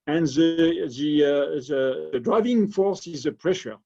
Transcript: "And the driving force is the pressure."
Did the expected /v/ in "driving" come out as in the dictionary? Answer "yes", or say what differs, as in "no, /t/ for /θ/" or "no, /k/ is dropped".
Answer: yes